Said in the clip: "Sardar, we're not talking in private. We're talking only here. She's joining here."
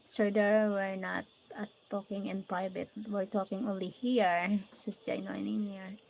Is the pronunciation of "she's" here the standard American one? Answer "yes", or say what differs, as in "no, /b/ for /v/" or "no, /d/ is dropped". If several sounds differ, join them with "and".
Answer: no, /s/ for /ʃ/ and /s/ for /z/